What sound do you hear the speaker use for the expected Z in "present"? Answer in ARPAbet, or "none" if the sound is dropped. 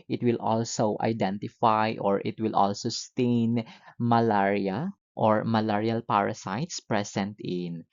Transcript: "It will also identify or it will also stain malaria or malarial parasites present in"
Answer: S